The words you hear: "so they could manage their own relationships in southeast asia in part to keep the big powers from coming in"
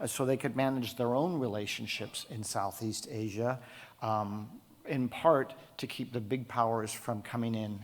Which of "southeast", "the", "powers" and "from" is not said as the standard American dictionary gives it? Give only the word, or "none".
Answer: none